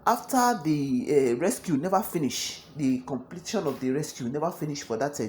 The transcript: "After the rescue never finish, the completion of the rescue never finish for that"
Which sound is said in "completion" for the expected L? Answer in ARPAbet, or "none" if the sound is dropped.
L